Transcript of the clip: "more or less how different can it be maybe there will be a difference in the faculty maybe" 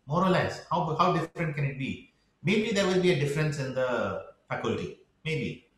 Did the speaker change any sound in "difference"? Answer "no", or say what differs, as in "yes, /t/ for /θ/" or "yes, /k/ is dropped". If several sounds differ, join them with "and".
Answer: no